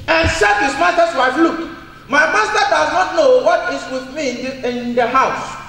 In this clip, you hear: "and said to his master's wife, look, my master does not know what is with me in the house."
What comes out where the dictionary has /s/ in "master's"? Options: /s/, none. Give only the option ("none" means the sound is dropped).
none